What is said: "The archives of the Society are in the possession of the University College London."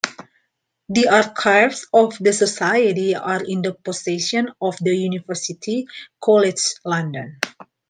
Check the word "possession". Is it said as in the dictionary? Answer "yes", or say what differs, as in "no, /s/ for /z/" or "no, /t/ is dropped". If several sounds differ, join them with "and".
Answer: no, /s/ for /z/